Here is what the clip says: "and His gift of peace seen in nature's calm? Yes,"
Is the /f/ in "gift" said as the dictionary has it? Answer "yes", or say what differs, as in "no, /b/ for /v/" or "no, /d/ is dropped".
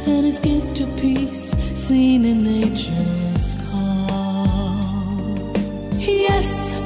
no, /f/ is dropped